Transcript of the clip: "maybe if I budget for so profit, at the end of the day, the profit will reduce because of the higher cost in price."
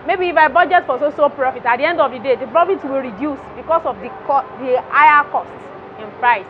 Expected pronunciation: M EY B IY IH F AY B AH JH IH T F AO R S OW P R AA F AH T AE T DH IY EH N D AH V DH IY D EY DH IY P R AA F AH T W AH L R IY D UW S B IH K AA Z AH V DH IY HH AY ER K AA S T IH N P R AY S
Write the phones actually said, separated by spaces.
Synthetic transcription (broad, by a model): M EY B IY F AY B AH JH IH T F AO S S OW P R AA F AH T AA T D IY EH N D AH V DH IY D EY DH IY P R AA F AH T W AH L R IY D UW S B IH K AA S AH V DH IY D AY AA K AA S T IH N P R AY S